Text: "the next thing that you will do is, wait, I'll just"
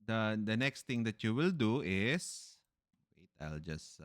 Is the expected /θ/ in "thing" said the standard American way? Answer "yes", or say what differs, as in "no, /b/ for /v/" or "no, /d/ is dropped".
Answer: no, /t/ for /θ/